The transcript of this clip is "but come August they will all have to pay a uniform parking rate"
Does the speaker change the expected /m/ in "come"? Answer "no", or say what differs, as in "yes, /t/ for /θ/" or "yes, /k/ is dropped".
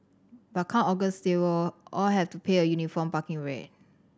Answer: yes, /m/ is dropped